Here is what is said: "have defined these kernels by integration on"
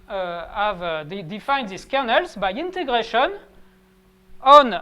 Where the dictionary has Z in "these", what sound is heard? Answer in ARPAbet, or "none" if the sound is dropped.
S